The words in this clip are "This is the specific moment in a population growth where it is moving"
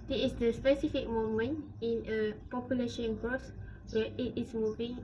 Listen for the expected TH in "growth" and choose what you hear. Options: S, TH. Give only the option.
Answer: S